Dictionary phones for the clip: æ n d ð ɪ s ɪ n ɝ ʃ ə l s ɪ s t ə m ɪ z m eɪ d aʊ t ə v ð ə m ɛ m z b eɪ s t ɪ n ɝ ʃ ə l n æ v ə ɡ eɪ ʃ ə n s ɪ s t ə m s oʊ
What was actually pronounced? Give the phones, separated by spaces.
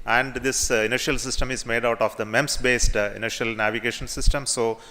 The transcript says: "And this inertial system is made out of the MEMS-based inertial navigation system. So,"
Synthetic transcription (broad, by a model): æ n d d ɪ s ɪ n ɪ ʃ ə l s ɪ s t ə m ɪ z m eɪ d aʊ t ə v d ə m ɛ m s b eɪ s t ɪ n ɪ ʃ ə l n æ v ə ɡ eɪ ʃ ə n s ɪ s t ə m s oʊ